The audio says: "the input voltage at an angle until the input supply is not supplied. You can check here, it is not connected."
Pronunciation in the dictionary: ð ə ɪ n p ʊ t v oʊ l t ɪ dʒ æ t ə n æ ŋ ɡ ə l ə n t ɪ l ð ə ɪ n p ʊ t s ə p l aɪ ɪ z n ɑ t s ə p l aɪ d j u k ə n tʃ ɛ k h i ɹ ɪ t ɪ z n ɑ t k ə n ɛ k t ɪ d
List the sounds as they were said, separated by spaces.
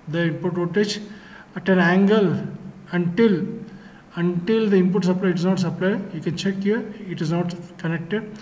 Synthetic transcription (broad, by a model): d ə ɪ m p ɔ t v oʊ t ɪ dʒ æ t ə n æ ŋ ɡ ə l ə n t ɪ l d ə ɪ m p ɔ t s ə p l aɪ ɪ z n ɑ t s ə p l aɪ j u k ə n tʃ ɛ k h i ɹ ɪ t ɪ z n ɑ t k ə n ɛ k t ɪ d